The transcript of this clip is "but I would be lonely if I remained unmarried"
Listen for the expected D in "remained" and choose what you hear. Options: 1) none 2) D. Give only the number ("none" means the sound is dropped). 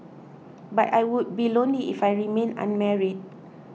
1